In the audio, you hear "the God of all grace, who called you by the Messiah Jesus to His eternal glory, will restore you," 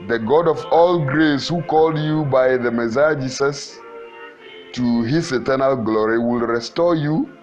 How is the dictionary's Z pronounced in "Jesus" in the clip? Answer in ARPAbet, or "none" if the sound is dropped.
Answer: S